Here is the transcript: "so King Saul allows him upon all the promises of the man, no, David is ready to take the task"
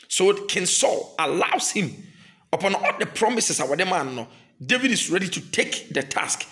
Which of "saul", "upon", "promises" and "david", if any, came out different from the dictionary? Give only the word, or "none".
promises